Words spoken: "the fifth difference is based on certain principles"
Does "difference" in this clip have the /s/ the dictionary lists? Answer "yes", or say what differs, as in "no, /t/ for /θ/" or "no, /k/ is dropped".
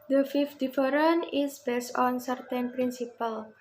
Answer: no, /s/ is dropped